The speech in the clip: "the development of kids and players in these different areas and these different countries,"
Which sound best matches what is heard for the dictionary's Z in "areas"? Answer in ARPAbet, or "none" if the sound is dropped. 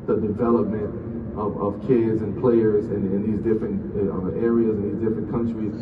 Z